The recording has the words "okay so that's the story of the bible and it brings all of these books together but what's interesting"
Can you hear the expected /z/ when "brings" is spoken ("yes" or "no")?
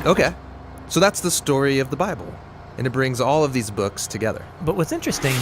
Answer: yes